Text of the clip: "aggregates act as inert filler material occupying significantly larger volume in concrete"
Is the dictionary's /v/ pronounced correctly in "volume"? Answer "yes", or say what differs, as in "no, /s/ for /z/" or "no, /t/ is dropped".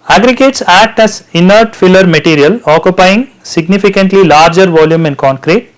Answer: yes